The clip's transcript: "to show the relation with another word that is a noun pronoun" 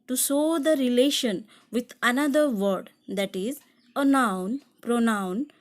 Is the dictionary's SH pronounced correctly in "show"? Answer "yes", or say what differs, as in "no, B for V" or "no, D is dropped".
no, S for SH